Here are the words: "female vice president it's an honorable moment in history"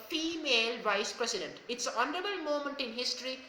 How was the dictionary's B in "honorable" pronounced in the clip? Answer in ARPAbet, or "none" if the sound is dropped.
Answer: none